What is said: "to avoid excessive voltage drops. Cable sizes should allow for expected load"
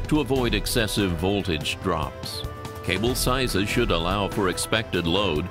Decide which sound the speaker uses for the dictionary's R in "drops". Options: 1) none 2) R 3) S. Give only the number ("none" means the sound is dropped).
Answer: 2